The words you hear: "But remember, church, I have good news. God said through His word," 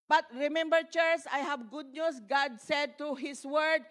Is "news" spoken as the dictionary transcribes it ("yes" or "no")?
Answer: no